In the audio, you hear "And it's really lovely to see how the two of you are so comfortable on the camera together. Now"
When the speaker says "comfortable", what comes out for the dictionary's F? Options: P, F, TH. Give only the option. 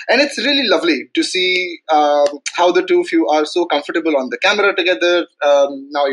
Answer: F